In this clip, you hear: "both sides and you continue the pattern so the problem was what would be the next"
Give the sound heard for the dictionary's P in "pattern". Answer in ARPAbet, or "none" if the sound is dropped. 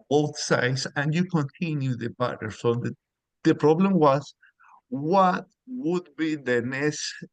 B